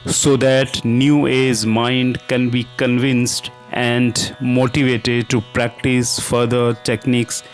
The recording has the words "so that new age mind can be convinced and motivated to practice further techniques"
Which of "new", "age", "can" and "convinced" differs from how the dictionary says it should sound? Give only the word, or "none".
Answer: age